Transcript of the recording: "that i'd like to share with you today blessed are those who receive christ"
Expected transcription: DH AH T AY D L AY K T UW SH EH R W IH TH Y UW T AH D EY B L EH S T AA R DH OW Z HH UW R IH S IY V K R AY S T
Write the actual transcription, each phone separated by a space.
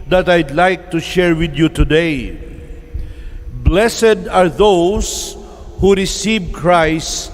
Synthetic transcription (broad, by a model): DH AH T AY D L AY K T UW SH EH R W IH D Y UW T AH D EY B L EH S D AA R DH OW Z HH UW R IH S IY V K R AY S T